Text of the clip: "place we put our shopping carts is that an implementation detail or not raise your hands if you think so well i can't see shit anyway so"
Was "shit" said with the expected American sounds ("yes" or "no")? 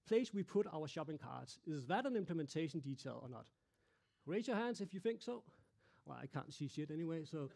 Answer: no